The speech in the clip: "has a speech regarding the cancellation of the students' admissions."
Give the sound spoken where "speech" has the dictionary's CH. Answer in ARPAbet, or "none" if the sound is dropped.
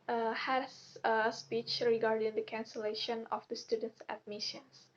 CH